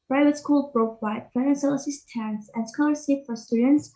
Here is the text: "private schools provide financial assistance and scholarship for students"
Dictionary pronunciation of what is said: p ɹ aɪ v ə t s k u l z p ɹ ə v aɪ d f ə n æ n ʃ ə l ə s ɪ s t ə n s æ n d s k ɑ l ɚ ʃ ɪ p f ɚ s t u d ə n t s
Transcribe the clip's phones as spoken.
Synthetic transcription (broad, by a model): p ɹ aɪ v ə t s k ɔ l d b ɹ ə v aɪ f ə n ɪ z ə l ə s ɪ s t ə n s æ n s k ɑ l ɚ s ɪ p f ɚ s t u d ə n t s